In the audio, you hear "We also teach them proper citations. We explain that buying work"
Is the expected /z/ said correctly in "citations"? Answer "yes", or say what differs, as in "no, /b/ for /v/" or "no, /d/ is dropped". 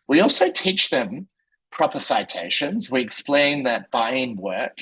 yes